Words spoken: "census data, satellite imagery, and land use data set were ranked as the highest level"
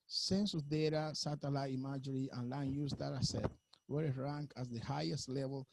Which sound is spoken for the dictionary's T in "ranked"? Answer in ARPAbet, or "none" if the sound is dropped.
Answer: none